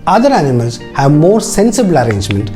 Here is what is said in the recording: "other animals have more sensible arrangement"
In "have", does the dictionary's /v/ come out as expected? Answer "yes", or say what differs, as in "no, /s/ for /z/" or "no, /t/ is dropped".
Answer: yes